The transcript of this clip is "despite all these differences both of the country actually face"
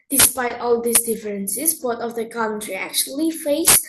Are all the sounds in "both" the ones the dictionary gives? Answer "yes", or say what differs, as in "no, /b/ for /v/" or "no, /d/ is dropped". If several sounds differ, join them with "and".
no, /t/ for /θ/